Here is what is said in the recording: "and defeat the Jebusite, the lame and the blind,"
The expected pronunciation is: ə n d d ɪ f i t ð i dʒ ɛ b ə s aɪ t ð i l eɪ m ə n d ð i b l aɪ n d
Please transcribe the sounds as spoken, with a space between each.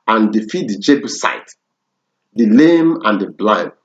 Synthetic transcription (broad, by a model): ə n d d ɪ f i t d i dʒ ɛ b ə s aɪ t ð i l eɪ m ə n d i b l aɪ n